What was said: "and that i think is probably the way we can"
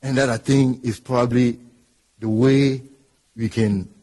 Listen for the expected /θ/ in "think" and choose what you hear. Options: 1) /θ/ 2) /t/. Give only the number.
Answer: 2